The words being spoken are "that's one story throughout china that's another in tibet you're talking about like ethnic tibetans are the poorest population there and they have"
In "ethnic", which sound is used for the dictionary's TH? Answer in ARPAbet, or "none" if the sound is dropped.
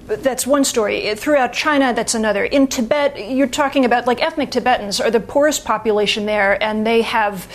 TH